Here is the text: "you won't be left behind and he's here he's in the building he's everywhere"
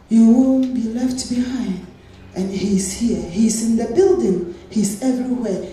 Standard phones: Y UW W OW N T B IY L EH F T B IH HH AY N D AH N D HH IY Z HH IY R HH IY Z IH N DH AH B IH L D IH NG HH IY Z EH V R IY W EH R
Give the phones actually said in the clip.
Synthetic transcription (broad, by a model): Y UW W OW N B IY L EH F T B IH HH AY N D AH N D HH IY Z HH IY R HH IY Z IH N DH AH B IH L D IH NG HH IY Z EH V R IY W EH